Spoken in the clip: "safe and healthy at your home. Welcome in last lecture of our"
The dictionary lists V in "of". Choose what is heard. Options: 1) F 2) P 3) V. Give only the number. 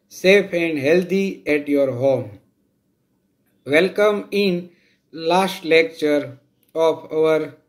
2